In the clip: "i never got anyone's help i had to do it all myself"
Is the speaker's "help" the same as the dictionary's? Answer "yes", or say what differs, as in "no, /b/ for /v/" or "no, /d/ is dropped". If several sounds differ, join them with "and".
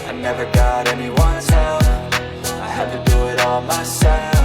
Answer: no, /f/ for /p/